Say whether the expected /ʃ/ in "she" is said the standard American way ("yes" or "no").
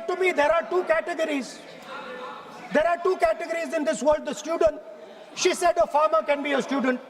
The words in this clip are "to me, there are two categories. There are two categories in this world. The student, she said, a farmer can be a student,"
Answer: yes